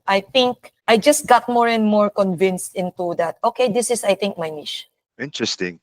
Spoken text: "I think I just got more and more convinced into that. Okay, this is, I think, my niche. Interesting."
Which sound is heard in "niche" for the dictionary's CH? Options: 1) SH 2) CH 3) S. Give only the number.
1